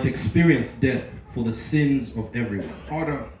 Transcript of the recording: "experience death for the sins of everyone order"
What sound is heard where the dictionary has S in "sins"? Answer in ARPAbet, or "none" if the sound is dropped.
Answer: S